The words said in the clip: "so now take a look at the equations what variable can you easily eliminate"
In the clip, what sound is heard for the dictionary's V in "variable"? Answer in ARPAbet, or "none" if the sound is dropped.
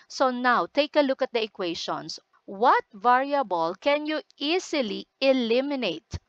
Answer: V